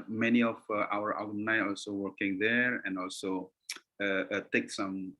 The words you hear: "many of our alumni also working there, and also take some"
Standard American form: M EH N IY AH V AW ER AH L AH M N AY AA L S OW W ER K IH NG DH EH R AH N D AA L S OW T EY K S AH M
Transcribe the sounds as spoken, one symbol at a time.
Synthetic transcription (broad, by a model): M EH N IY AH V AW ER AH W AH N AY AA L S OW W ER K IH NG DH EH R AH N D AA L S OW T EY K S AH M